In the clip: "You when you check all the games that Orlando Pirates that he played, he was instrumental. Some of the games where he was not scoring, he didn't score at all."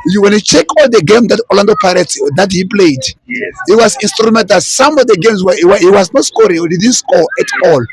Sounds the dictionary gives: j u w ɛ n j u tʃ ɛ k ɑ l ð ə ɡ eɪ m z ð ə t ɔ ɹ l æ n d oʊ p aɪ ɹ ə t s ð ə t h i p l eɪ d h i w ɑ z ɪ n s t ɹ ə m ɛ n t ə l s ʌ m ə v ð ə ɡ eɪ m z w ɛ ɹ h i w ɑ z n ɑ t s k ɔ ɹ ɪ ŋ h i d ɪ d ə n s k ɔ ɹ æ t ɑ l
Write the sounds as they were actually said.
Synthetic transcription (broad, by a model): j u w ɛ n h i tʃ ɛ k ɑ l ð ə ɡ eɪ m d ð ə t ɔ l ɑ n d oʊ p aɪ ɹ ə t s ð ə t h i p l eɪ d h i w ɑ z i n s t ɹ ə m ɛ n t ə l s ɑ m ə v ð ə ɡ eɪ m s w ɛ w h i w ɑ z n ɑ t s k ɔ ɹ ɪ ŋ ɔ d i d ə n s k ɔ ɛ t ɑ l